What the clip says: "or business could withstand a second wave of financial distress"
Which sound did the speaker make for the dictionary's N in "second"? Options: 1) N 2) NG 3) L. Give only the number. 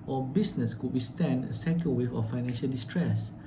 3